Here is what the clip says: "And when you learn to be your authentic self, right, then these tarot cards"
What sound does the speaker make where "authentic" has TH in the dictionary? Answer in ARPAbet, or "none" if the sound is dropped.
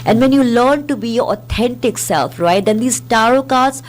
T